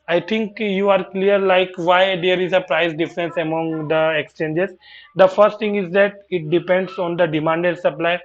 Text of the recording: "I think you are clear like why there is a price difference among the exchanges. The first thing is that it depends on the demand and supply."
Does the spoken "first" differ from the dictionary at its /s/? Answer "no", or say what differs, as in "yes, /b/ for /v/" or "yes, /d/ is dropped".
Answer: no